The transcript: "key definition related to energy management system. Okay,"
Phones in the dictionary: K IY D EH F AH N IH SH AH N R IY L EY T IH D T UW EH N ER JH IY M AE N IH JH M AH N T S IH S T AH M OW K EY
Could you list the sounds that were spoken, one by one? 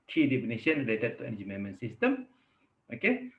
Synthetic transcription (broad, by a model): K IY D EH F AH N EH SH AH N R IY L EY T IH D T UW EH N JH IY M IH M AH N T S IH S T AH M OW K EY